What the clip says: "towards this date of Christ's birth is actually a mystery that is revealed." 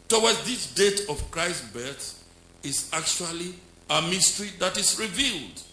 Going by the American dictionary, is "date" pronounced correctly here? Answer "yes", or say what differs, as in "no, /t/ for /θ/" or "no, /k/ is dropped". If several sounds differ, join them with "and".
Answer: yes